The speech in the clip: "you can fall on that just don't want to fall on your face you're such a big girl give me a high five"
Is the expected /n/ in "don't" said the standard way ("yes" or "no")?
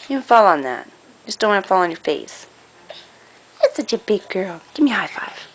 no